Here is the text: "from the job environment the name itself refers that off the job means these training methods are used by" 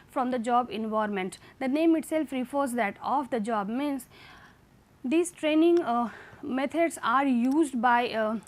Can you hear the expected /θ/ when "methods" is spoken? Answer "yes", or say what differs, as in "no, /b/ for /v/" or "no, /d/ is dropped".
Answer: no, /t/ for /θ/